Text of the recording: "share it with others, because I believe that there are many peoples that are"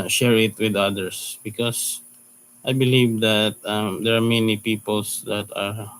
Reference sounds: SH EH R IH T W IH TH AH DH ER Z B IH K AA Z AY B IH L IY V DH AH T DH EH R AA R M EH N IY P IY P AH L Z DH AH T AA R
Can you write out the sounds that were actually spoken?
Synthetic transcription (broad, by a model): SH EH R IH T W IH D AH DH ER S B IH K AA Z AY B IH L IY V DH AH T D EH R AA R M EH N IY P IY P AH L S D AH T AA R